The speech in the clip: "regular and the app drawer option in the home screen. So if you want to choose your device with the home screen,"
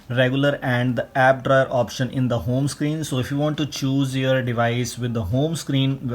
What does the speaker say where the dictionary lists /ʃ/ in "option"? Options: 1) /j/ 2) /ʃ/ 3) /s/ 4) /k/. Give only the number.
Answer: 2